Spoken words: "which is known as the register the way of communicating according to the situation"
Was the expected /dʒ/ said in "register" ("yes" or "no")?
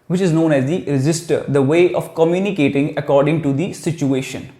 no